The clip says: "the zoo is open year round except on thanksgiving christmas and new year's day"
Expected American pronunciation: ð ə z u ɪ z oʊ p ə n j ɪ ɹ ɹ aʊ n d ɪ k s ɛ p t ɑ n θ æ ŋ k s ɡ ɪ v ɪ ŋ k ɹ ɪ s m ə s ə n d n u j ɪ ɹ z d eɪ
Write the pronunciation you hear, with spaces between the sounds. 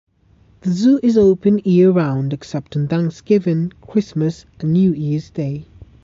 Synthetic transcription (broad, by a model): ð ə z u ɪ z oʊ p ə n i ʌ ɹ ɹ aʊ n d ɪ k s ɛ p t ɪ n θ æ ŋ k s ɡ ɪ v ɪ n k ɹ ɪ s m ə s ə n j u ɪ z d eɪ